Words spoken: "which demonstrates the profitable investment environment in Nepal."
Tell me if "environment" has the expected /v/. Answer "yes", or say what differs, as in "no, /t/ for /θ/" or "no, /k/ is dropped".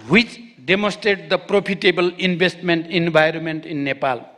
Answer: no, /b/ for /v/